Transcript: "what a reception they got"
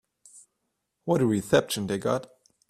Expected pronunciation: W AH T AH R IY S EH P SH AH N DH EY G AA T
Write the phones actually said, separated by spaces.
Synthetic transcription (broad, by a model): W AH T AH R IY TH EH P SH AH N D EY G AA T